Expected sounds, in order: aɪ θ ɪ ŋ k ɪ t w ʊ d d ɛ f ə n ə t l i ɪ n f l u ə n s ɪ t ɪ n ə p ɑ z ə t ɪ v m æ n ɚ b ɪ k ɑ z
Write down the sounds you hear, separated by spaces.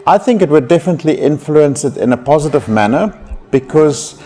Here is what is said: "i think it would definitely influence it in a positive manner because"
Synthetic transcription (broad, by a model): aɪ θ ɪ ŋ k ɪ t w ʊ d d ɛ f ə n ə t l i ɪ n f l u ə n s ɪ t ɪ n ə p ɑ z ə t ɪ v m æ n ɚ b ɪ k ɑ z